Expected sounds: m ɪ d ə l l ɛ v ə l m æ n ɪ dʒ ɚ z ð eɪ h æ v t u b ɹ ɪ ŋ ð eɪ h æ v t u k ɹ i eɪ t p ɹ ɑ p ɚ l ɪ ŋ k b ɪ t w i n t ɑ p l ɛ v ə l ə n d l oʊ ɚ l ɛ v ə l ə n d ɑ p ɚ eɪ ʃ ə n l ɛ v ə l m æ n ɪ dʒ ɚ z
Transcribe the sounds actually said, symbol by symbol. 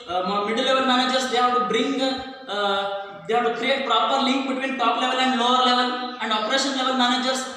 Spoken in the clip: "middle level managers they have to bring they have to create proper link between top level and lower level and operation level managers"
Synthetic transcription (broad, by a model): m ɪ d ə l l ɛ v ə l m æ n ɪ dʒ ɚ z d eɪ h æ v t u b ɹ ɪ ŋ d eɪ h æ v t u k ɹ i eɪ t p ɹ ɑ p ɚ l ɪ ŋ k b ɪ t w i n t ɑ p l ɛ v ə l ə n d l oʊ ɚ l ɛ v ə l ə n d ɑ p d eɪ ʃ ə n l ɛ v ə l m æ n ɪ dʒ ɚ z